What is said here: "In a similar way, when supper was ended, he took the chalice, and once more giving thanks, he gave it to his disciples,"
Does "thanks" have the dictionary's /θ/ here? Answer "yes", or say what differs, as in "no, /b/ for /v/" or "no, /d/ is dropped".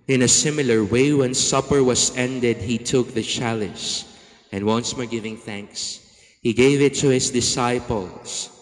yes